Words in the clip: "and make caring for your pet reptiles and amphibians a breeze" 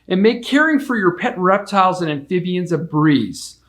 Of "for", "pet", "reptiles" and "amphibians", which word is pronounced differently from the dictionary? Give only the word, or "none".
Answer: none